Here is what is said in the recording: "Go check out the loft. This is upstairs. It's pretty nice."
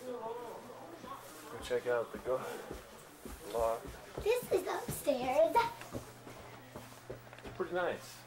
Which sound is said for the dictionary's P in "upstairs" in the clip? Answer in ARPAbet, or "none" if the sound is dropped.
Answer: none